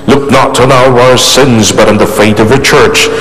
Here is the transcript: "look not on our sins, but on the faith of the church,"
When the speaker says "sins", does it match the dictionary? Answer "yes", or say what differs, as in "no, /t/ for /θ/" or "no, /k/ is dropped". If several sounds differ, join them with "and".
yes